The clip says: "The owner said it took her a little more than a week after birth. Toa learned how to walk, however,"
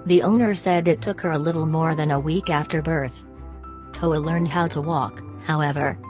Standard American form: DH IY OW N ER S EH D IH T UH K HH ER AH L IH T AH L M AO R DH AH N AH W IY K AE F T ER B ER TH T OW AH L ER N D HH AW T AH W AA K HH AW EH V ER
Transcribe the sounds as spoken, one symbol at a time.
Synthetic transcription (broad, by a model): DH IY OW N ER S EH D IH T UH K HH ER AH L IH T L M AO R DH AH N AH W IY K AE F T ER B ER TH T OW AH L ER N D HH AW T AH W AA K HH AW EH V ER